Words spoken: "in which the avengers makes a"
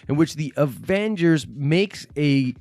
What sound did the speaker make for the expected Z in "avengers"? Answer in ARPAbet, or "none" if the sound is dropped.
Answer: Z